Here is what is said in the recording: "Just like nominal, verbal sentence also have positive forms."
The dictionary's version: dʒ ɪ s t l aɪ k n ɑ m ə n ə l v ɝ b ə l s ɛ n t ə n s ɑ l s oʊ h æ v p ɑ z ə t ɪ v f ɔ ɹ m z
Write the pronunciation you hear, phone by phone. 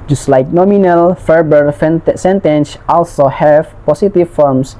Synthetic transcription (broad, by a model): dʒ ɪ s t l aɪ k n ɑ m ə n ə l f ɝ b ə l s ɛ n t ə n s ɑ l s oʊ h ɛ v p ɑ s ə t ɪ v f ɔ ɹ m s